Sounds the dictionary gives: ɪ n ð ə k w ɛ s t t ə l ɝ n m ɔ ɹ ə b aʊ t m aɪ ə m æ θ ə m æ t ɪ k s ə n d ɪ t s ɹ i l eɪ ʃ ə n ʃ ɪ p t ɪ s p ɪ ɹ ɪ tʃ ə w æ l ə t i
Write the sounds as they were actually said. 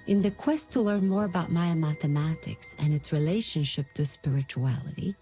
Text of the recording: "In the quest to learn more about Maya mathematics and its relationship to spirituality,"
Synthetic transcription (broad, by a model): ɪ n ð ə k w ɛ s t t ə l ɝ n m ɔ ɹ ə b aʊ t m aɪ ə m æ θ ə m æ t ɪ k s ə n ɪ t s ɹ i l eɪ ʃ ə n ʃ ɪ p t ɪ s p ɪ ɹ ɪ tʃ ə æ l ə t i